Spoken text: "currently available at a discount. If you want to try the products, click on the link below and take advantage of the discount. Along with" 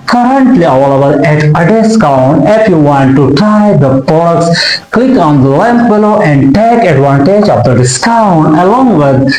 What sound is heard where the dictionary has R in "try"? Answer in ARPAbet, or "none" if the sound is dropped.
none